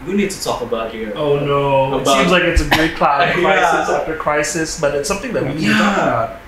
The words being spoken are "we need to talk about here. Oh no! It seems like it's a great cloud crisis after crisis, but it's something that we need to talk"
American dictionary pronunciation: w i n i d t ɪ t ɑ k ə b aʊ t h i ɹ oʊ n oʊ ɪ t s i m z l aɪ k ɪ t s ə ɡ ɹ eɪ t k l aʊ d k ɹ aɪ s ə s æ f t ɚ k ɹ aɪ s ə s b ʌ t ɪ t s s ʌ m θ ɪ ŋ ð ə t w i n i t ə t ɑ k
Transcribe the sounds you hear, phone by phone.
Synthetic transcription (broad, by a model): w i n i d t ɪ t ɑ k ə b aʊ t h i ɹ oʊ n oʊ ɪ t s i m z l aɪ k ɪ t s ə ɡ eɪ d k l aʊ k ɹ aɪ s ə s æ f t ɚ k ɹ aɪ s ə s b ʌ t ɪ t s s ʌ m θ ɪ ŋ ð ə t w i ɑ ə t